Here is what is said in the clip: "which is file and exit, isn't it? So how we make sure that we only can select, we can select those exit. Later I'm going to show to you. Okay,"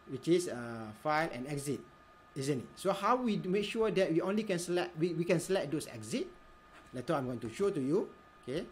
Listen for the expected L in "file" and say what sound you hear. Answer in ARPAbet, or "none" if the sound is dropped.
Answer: L